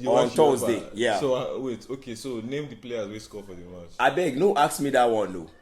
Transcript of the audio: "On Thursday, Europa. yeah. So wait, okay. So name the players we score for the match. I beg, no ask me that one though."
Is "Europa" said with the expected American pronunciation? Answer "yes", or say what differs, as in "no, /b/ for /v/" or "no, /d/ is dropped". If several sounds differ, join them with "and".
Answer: no, /p/ is dropped